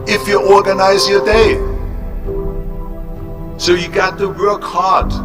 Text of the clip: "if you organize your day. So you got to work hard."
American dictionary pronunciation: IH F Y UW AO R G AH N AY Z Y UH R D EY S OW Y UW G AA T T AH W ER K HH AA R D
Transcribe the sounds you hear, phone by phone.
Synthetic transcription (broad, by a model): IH F Y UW AO R G AH N AY Z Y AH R D EY S OW Y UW G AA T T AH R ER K HH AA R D